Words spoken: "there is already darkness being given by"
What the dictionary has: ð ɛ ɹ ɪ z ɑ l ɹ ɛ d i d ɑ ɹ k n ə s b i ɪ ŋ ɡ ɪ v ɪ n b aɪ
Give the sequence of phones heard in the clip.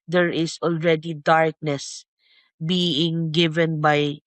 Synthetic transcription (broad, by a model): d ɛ ɹ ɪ s ɑ l ɹ ɛ d i d ɑ ɹ k n ə s b i ɪ ŋ ɡ ɪ v ɪ n b aɪ